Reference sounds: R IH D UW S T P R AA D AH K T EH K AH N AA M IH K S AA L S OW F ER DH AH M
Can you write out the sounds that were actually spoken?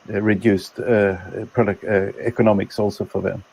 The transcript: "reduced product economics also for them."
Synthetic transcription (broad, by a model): R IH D UW S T P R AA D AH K EH K AH N AA M IH K S AA L S OW F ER DH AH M